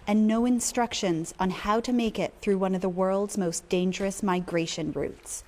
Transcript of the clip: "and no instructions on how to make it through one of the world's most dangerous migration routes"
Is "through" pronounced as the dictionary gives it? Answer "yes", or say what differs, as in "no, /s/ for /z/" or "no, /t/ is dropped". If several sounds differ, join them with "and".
yes